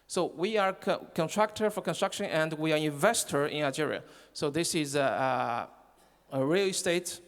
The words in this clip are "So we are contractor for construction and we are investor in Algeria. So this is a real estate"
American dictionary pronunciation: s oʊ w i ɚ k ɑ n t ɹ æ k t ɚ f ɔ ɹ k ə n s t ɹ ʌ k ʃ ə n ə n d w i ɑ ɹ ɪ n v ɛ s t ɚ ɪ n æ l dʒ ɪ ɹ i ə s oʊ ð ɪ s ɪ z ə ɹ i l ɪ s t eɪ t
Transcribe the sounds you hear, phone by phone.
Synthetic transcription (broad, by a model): s oʊ w i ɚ k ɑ n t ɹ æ k t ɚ f ɔ ɹ k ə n s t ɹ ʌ k ʃ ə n ə n d w i ɑ ɹ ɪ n v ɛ s t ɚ ɪ n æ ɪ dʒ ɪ ɹ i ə s oʊ ð ɪ s ɪ z ə ɹ i l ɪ s t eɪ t